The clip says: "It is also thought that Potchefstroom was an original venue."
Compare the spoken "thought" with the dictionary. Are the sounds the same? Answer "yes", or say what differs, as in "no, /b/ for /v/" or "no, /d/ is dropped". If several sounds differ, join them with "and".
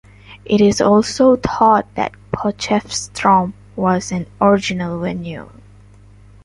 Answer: no, /t/ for /θ/